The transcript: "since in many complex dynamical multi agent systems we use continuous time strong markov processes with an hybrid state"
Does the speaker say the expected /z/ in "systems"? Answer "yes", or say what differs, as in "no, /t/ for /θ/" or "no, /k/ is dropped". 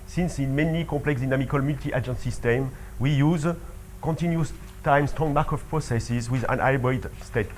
no, /z/ is dropped